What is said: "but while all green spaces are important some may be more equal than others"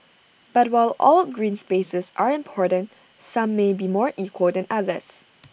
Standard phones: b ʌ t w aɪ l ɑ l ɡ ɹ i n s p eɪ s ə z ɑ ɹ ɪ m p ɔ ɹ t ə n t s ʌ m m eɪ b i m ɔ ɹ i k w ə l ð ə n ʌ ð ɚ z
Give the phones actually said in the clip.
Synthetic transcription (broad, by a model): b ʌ t w aɪ l ɑ l ɡ ɹ i n s p eɪ s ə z ɑ ɹ ɪ m p ɔ ɹ t ə n t s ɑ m m eɪ b i m ɔ ɹ i k w ə l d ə n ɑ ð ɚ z